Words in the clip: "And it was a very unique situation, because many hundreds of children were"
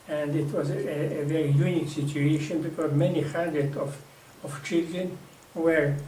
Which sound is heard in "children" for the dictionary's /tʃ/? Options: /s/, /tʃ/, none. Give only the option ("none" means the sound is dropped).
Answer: /tʃ/